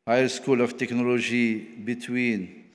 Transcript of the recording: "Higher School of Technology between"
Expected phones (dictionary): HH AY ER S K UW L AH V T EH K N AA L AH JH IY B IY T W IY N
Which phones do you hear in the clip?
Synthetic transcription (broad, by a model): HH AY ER S K UW L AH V T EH K N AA L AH ZH IY B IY T W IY N